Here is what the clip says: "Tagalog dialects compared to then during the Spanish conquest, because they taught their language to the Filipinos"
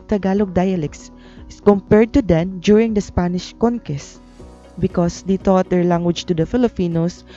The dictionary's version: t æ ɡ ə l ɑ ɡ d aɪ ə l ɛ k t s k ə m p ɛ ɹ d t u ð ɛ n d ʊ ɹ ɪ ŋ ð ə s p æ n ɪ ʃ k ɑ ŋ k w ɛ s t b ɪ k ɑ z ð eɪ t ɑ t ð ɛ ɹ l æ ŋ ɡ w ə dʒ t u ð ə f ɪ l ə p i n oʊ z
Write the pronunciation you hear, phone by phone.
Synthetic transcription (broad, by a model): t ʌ ɡ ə l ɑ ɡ d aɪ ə l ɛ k s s k ə m p ɛ ɹ d t u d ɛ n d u ɹ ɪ ŋ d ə s p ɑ n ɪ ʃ k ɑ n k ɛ s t b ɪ k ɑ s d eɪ t ɑ t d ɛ ɹ l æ ŋ ɡ w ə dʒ t u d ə f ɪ l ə p i n oʊ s